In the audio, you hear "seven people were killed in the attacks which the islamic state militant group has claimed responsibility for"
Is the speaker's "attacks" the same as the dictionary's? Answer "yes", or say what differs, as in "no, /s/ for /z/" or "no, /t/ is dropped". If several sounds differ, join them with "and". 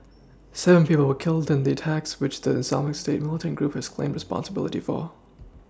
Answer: yes